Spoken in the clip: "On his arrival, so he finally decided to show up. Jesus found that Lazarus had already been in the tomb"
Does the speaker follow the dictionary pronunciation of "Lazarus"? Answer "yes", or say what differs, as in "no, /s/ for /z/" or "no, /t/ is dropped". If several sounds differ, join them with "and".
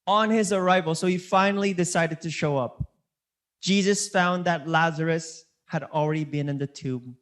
yes